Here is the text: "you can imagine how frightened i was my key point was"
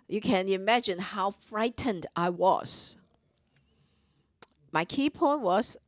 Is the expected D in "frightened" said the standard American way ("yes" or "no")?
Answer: yes